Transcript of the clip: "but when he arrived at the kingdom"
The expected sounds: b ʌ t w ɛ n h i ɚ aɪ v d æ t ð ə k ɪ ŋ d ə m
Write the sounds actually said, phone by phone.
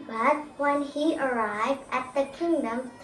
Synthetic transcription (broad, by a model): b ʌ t w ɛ n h i ɚ aɪ v d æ t ð ə k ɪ ŋ d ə m